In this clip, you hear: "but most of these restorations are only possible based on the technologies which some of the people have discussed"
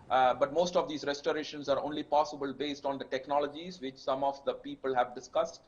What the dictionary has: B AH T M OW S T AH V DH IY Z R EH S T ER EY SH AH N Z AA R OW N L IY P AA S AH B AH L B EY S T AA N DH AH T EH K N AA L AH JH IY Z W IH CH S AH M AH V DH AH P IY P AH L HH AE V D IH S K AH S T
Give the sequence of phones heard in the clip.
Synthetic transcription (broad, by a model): B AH T M OW S T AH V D IY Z R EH S T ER EY SH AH N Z AA R OW N L IY P AA S AH B AH L B EY S T AA N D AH T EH K N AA L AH JH IY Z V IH CH S AH M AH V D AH P IY P AH L HH AE V D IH S K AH S T